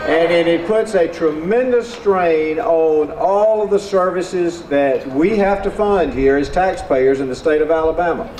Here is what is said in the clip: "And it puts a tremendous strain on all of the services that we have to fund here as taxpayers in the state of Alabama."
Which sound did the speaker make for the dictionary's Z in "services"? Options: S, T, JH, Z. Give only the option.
Z